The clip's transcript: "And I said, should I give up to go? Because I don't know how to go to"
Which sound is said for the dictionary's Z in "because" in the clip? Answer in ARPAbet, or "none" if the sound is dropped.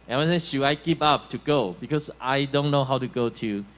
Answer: S